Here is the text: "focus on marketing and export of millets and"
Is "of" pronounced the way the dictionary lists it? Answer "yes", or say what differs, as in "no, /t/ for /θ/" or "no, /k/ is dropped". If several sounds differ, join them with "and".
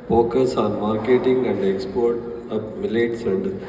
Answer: no, /p/ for /v/